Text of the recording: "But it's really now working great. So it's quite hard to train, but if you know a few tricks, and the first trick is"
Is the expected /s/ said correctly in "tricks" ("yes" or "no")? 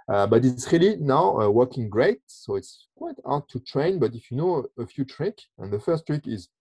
no